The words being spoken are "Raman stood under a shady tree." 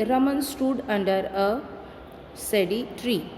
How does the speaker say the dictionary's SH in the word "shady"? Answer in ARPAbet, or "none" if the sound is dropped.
S